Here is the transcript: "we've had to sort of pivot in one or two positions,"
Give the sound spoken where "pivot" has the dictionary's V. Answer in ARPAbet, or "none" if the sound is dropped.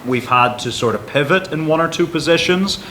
V